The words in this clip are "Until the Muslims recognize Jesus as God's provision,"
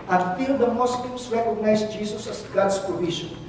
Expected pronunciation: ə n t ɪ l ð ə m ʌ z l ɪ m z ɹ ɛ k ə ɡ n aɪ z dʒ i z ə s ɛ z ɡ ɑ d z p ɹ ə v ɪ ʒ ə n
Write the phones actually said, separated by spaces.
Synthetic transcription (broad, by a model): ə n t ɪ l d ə m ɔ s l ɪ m s ɹ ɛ k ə ɡ n aɪ s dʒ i s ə s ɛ s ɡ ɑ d s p ɹ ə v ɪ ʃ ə n